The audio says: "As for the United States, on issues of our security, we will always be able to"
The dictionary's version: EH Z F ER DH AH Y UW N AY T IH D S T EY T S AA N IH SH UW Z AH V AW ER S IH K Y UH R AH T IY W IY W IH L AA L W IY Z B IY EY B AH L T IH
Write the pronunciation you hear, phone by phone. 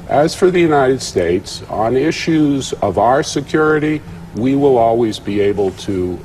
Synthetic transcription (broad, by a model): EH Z F ER DH AH Y UW N AY T IH D S T EY T S N IH SH UW Z AH V AW ER S IH K Y UH R AH T IY W IY W IH L AA L W IY Z B IY EY B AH L T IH